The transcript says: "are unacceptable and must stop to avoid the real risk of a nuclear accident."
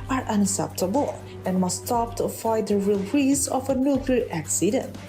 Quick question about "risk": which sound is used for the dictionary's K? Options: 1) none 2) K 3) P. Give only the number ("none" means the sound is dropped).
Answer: 1